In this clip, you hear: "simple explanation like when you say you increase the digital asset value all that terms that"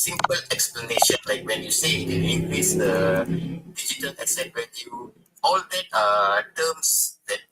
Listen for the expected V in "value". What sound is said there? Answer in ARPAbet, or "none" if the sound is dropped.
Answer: W